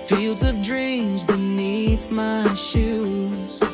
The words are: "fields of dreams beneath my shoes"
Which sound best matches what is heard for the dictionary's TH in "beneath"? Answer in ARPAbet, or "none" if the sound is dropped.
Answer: TH